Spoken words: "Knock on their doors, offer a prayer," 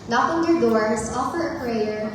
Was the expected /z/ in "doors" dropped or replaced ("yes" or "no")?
yes